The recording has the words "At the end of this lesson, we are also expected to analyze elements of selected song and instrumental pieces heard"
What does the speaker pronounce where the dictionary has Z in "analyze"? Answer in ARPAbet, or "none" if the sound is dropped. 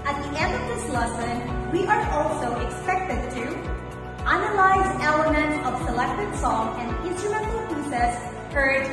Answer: Z